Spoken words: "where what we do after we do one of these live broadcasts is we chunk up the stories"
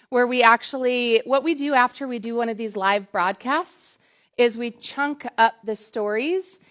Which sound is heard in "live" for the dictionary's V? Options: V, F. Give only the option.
V